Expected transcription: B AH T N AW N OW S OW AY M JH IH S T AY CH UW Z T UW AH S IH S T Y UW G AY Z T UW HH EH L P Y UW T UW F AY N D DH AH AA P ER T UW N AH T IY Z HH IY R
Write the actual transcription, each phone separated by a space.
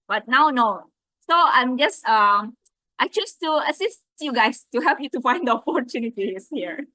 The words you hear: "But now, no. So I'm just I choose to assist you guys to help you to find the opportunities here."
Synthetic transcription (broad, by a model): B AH T N AW N OW S OW AY M JH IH S T AY CH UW S T UW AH S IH S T Y UW G AY S T UW HH EH L P Y UW T UW F AY N D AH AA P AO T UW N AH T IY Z HH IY R